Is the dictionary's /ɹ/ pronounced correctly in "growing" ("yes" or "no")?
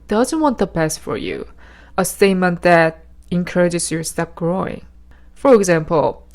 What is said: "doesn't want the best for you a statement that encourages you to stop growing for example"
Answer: yes